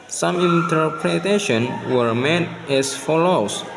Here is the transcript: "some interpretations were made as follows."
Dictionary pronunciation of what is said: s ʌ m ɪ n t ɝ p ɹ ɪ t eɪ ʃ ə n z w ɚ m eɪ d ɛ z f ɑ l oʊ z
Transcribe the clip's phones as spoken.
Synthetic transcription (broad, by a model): s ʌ m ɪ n t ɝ p ɹ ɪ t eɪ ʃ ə n w ɚ m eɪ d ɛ s f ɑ l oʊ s